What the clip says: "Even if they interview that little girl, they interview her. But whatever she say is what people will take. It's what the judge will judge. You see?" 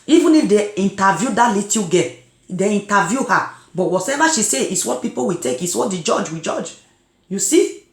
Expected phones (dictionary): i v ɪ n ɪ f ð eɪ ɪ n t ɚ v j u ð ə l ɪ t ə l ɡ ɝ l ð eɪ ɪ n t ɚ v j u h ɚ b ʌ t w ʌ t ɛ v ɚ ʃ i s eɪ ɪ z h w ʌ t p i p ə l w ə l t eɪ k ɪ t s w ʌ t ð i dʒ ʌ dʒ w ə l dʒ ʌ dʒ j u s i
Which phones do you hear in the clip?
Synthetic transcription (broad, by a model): i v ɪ n ɪ f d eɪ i n t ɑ v j u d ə l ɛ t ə ɡ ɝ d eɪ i n t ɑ v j u h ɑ b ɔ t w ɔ s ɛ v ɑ ʃ i s eɪ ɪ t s w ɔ t p i p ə w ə t eɪ k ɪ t s w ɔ t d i dʒ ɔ dʒ w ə dʒ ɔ dʒ j u s i